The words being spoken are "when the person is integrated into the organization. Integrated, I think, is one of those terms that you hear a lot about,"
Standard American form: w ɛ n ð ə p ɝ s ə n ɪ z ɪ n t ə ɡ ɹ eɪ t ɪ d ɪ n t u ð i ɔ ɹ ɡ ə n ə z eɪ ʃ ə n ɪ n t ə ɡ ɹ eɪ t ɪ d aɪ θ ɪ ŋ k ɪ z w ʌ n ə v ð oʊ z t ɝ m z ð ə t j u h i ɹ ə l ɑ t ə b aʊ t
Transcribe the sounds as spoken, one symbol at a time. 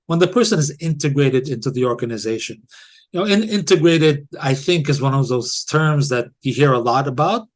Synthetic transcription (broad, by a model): w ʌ n ð ə p ɝ s ə n ɪ z ɪ n t ə ɡ ɹ eɪ t ɪ d ɪ n t u ð i ɔ ɹ ɡ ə n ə z eɪ ʃ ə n ɪ n t ə ɡ ɹ eɪ t ɪ d aɪ θ ɪ ŋ k ɪ z w ʌ n ə v ð oʊ z t ɝ m z ð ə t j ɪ h i ɹ ə l ɑ t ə b aʊ t